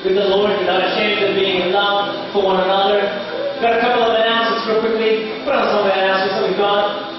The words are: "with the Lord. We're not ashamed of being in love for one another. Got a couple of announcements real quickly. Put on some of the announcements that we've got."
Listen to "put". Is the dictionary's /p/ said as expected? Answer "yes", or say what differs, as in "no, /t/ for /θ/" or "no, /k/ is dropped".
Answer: no, /b/ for /p/